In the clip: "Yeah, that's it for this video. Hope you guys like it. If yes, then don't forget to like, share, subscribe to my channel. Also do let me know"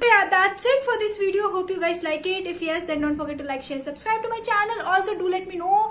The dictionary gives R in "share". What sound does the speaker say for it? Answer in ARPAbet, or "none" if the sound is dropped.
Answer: L